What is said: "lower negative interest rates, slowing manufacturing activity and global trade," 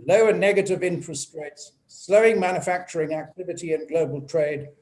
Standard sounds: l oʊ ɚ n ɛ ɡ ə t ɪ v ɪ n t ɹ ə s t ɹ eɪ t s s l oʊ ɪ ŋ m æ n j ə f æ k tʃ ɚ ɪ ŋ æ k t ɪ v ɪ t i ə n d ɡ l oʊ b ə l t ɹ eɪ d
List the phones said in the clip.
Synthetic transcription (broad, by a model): l oʊ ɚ n ɛ ɡ ə t ɪ v ɪ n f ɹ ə s t ɹ eɪ t s s l oʊ ɪ ŋ m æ n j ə f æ k tʃ ɚ ɪ ŋ æ k t ɪ v ɪ t i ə n ɡ l oʊ b ə l t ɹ eɪ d